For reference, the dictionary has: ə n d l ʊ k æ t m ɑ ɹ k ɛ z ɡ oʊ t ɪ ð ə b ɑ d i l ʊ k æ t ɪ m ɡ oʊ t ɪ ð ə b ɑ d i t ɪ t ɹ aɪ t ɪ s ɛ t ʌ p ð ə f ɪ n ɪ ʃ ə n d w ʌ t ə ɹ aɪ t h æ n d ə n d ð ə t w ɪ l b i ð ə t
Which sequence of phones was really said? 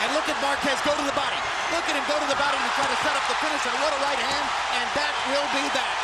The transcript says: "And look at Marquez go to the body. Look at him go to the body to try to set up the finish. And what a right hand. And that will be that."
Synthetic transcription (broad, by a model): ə n l ʊ k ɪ t m ɑ ɹ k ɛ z ɡ oʊ t ɪ ð ə b ɑ d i l ʊ k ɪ t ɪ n ɡ oʊ t ɪ ð ə b ɑ d i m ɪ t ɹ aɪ t ɪ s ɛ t ʌ p ð ə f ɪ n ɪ s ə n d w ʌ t ə ɹ aɪ t h æ n d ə n ð ə t w ɪ l b i ð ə t